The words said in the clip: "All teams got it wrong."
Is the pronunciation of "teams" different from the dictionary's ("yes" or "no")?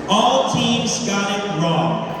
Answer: no